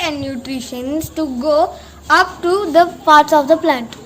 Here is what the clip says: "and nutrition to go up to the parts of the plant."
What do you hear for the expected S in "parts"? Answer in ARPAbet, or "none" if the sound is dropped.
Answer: S